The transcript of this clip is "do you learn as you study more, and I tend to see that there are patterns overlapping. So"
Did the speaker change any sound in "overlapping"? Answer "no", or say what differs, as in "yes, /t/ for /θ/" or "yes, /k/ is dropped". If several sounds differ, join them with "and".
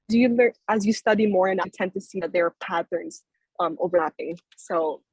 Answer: no